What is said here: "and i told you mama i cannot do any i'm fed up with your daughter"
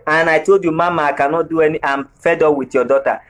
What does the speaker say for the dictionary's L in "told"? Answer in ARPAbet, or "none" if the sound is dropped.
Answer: none